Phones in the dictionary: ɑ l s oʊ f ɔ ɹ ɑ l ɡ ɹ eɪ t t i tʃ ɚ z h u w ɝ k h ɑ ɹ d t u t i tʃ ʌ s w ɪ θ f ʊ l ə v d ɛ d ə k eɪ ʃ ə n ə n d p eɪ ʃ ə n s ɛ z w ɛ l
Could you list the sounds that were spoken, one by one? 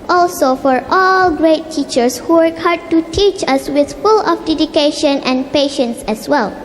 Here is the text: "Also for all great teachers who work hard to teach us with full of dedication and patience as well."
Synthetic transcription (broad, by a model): ɑ l s oʊ f ɔ ɹ ɑ l ɡ ɹ eɪ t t i tʃ ɚ s h u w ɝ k h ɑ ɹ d t u t i tʃ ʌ s w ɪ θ f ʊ l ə f d ɛ d ə k eɪ ʃ ə n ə n p eɪ ʃ ə n s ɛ s w ɛ l